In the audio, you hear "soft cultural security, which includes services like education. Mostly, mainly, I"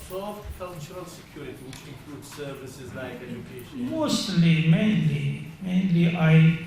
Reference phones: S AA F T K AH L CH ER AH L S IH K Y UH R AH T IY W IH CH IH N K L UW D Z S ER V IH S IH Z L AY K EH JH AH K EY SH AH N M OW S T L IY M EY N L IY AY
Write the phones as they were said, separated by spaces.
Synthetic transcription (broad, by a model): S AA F K AH L CH ER AH L S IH K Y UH R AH T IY W IH CH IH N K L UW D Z S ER V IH S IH Z L AY K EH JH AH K EY AH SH M OW S T L IY M EY N L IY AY